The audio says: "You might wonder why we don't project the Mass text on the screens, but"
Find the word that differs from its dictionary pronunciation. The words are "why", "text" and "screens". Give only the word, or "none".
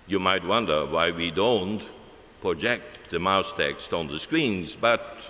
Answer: none